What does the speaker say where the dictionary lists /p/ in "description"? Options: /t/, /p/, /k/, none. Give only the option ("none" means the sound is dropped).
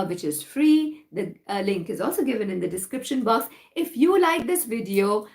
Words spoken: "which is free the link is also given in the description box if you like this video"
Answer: /p/